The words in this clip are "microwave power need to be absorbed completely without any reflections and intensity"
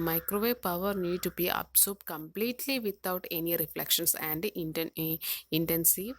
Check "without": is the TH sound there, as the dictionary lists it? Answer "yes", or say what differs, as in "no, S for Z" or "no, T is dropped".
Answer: no, T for TH